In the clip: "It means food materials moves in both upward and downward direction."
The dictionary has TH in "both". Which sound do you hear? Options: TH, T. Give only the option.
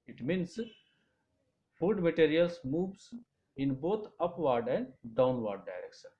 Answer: T